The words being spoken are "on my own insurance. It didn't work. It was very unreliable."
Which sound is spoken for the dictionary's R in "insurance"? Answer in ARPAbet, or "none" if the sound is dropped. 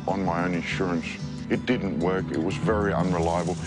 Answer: R